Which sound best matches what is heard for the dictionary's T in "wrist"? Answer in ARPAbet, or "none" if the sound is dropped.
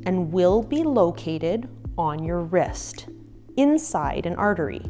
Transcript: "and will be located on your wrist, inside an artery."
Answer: T